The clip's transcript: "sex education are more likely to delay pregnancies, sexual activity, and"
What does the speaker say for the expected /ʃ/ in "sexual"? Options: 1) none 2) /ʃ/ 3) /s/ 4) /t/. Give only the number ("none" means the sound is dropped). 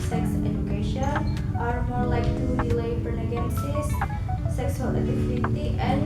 3